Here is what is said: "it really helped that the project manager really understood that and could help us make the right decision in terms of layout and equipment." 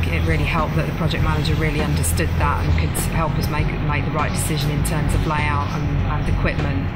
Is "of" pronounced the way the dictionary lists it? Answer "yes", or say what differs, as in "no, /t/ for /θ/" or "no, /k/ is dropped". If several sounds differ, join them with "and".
yes